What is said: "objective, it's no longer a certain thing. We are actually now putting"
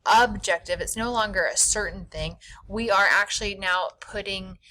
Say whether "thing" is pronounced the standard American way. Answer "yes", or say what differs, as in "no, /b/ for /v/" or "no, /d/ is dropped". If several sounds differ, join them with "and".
yes